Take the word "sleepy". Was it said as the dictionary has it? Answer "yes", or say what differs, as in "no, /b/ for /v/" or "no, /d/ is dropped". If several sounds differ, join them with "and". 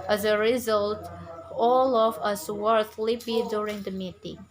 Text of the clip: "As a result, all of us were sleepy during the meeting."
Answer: no, /θ/ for /s/ and /b/ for /p/